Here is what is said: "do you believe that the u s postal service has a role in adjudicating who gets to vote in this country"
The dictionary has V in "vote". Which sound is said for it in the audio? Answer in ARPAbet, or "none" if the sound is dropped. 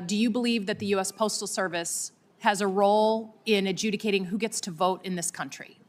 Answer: V